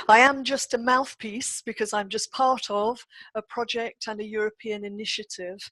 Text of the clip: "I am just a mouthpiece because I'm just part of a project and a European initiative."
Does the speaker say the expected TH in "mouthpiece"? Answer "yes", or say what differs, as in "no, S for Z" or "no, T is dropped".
yes